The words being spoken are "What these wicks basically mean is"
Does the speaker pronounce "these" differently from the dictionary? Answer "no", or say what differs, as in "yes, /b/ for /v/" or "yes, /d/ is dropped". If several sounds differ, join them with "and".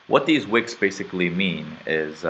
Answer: no